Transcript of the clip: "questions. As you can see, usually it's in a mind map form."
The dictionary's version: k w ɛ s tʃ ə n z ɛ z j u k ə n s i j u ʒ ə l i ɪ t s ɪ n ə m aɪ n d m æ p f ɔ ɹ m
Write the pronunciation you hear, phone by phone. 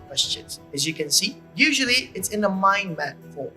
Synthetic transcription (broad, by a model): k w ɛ s tʃ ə n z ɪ z j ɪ k ə n s i j u ʒ ə l i ɪ t s ɪ n ə m aɪ n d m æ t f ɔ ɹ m